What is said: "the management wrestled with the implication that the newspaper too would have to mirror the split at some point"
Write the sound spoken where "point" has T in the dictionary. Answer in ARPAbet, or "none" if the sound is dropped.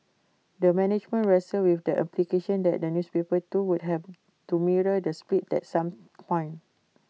none